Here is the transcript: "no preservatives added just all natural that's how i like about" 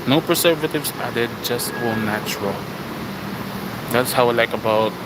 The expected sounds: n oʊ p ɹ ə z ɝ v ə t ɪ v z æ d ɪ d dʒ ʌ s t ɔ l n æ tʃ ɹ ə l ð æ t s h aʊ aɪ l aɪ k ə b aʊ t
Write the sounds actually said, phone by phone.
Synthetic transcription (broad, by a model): n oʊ p ɹ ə s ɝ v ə t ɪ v s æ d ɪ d dʒ ʌ s t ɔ n n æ tʃ ɹ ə l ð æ t s h aʊ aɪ l aɪ k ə b aʊ t